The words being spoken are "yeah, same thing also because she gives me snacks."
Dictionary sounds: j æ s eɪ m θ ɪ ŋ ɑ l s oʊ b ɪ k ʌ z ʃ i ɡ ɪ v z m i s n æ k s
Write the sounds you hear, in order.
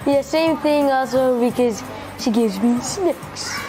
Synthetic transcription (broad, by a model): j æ s eɪ m θ ɪ ŋ ɑ l s oʊ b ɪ k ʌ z ʃ i ɡ ɪ v z m i s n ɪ k s